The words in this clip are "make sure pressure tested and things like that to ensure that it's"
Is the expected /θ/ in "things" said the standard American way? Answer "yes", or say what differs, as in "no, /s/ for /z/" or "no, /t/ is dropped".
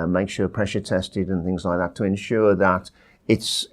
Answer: yes